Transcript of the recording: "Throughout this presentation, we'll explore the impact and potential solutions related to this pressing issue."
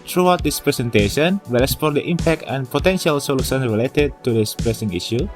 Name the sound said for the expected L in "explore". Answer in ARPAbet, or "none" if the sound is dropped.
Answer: none